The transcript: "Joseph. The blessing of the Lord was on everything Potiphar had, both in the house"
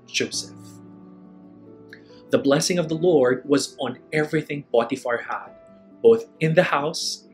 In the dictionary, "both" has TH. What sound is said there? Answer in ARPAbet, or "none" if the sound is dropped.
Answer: TH